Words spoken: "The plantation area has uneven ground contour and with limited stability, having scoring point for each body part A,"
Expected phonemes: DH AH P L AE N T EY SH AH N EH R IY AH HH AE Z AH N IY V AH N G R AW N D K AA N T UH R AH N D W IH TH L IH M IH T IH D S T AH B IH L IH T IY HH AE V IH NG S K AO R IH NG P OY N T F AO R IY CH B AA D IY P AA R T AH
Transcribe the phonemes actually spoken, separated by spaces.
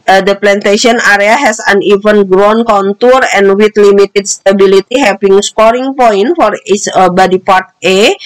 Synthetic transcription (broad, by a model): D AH P L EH N T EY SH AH N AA R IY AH HH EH S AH N IY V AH N G R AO N K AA N T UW R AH N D W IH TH L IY M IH T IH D S T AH B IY L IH T IY HH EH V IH NG S K AO R IH NG P OY N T F AO R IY S B AA D IY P AA R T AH